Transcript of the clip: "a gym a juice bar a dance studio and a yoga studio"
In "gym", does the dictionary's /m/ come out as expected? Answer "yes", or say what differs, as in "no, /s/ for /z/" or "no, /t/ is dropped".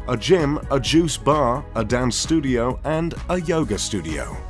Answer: yes